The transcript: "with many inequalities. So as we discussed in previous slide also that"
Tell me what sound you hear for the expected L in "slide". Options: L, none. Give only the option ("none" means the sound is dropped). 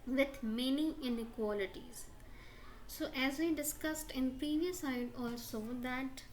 none